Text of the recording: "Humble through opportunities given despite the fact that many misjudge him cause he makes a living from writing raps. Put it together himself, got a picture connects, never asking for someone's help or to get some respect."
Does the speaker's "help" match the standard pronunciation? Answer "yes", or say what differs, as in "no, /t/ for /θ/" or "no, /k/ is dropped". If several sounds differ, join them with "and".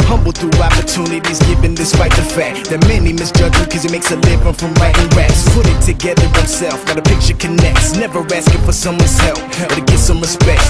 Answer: yes